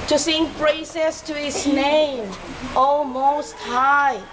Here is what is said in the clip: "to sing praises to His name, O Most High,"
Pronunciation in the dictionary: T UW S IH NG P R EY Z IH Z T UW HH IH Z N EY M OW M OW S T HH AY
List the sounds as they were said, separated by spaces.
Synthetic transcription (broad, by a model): T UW S IH NG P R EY S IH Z T UW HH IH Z N EY M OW M OW S T HH AY